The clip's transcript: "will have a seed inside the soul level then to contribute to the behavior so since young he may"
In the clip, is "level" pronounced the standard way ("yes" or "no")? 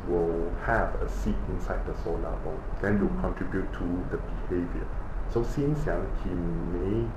no